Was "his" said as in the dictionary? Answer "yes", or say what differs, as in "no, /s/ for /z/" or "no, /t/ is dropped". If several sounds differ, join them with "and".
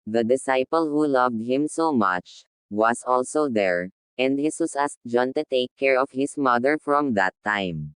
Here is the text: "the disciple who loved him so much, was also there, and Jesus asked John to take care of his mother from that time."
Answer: no, /s/ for /z/